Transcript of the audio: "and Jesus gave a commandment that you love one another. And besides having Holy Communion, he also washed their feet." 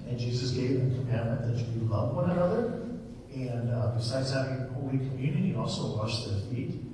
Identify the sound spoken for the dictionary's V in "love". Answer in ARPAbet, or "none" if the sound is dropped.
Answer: V